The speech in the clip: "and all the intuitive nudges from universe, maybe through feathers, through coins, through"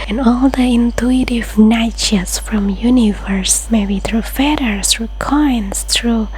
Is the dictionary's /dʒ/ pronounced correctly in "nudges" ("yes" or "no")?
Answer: no